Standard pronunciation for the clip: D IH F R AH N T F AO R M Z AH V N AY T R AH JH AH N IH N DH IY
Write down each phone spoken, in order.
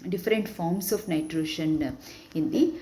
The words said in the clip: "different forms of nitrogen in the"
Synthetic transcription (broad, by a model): D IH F R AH N T F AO R M S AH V N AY T R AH SH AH N IH N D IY